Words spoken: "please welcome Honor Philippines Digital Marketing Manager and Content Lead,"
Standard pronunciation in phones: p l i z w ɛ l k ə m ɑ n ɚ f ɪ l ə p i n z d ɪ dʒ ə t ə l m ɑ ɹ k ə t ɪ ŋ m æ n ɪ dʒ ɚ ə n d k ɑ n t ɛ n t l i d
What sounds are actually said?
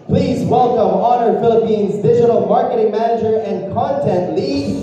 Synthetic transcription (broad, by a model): p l i z w ɛ l k ə m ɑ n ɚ f ɪ l ə p i n z d ɪ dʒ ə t l m ɑ ɹ k ə t ɪ ŋ m æ n ɪ dʒ ɚ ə n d k ɑ n t ɛ n t l i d